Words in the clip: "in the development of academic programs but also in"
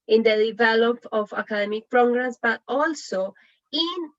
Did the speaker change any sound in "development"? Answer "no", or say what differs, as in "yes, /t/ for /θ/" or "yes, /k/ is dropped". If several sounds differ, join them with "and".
yes, /m/ is dropped